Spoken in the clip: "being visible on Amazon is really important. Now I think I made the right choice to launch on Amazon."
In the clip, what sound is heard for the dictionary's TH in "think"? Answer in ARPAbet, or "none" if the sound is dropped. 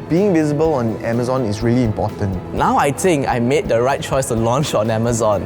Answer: T